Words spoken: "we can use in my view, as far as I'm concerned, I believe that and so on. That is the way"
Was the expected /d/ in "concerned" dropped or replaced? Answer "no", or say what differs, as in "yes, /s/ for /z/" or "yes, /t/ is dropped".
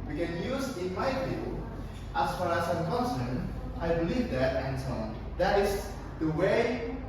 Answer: yes, /d/ is dropped